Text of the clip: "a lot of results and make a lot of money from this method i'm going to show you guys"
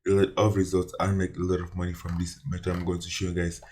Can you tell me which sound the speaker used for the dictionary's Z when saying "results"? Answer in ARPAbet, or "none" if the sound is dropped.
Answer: Z